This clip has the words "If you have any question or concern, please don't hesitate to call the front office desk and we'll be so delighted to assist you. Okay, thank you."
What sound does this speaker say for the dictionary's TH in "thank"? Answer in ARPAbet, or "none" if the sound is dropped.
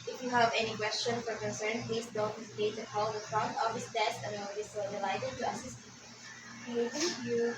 T